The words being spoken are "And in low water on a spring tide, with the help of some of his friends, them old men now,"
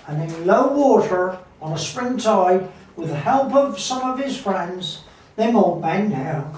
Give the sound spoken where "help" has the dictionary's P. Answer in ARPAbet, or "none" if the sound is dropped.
P